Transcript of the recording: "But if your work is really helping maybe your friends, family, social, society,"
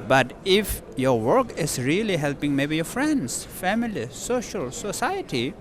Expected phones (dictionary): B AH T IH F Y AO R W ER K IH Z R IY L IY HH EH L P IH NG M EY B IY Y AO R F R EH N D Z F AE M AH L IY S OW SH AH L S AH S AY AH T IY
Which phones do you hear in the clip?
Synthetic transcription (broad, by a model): B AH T IH F Y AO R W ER K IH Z R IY L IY HH EH L P IH NG M EY B IY Y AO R F R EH N D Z F AE M AH L IY S OW SH AH L S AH S AY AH T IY